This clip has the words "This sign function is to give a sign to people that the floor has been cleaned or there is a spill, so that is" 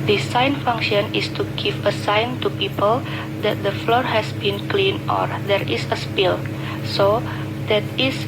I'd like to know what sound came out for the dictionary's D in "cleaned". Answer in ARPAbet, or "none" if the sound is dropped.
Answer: none